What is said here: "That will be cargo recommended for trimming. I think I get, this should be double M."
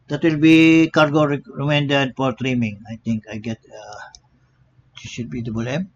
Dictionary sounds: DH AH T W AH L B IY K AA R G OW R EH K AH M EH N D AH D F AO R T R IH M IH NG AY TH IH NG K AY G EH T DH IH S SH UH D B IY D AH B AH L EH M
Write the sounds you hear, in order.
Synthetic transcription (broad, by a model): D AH T W AH L B IY K AA R G OW R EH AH M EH N D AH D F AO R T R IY M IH NG AY T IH NG K AY G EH T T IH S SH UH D B IY D AH B AH L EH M